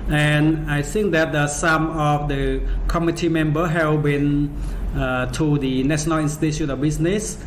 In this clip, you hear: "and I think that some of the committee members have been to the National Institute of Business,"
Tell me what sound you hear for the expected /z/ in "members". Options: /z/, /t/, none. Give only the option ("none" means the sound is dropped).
none